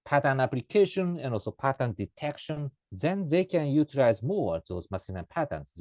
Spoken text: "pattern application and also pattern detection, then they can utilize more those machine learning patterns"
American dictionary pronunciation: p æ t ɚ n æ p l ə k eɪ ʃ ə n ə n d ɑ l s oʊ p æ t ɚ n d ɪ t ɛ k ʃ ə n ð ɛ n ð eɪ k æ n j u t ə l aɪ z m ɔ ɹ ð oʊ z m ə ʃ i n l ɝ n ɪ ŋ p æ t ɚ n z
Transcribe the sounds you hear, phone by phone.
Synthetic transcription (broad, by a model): p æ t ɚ n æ p l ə k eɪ ʃ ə n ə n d ɑ l s oʊ p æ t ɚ n d ɪ t ɛ k ʃ ə n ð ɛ n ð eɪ k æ n j u t ə l aɪ z m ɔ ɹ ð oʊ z m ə s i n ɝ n p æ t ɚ n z